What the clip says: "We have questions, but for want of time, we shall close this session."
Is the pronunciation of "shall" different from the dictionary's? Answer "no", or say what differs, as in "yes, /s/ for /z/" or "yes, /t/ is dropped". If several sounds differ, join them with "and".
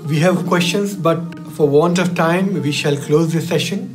no